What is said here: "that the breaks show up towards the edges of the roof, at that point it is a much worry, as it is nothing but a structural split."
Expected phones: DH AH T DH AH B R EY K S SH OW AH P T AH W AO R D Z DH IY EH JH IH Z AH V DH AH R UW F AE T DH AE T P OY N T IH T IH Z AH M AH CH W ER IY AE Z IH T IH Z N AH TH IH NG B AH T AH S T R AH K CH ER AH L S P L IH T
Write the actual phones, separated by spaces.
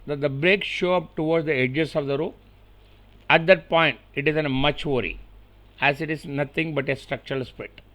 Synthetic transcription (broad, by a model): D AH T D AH B R EY K SH OW AH P T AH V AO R D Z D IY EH JH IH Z AH V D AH R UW AE T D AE T P OY N T IH T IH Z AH M AH CH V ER IY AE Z IH T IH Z N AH T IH NG B AH T AH S T R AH K CH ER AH L S P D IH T